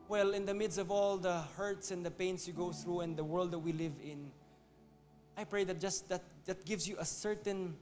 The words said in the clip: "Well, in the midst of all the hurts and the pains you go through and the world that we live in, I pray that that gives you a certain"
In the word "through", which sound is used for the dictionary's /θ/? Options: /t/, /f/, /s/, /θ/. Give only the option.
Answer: /θ/